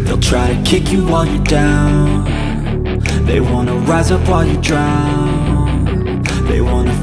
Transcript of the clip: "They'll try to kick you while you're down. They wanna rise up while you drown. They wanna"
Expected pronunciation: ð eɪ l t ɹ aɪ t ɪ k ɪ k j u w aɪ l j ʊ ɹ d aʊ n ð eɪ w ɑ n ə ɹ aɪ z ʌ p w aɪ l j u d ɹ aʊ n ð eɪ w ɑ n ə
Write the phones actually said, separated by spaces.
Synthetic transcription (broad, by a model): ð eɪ l t ɹ aɪ t ɪ k ɪ k j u w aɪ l j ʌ ɹ d aʊ n ð eɪ w ɑ n ə ɹ aɪ z ʌ p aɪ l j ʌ d ɹ aʊ n ð eɪ w ɑ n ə